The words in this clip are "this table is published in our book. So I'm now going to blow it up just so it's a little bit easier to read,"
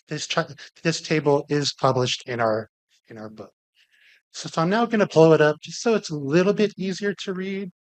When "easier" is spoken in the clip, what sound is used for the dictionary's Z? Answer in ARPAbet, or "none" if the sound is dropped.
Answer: Z